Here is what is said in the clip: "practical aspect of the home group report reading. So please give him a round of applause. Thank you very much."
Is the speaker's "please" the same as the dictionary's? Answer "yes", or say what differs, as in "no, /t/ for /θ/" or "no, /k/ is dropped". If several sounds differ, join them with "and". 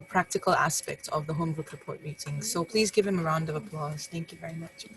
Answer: yes